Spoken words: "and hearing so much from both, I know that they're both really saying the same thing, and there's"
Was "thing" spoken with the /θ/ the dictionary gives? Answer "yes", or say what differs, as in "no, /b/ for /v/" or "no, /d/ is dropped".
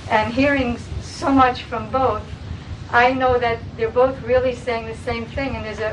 yes